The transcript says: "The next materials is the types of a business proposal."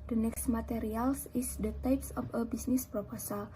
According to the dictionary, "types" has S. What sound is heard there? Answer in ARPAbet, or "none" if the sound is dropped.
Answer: S